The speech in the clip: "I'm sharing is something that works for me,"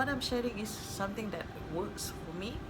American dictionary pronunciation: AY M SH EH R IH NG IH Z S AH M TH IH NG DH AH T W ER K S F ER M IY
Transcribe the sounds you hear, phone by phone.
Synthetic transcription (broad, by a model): AY M SH EH R IH NG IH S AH M T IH NG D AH T W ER K S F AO M IY